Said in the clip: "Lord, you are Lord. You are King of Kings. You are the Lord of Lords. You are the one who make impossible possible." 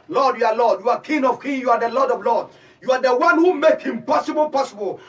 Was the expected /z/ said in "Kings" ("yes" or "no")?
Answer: no